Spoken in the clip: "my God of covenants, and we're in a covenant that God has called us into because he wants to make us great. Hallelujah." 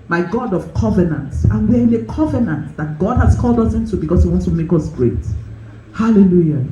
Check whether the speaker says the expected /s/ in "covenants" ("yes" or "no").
no